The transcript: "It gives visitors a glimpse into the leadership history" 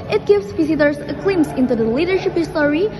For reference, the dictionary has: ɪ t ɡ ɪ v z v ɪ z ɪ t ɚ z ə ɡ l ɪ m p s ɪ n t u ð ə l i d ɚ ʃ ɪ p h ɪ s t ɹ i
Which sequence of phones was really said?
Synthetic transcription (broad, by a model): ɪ t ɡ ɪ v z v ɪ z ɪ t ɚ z ə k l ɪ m s ɪ n t u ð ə l i d ɚ ʃ ɪ p h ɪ s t ɹ i